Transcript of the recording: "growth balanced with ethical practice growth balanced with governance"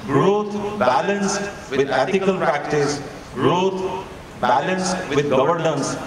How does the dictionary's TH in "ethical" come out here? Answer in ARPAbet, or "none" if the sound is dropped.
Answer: T